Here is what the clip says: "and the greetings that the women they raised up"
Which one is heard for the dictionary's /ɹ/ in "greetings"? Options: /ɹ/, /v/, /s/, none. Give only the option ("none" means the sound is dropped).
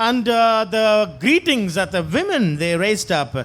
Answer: /ɹ/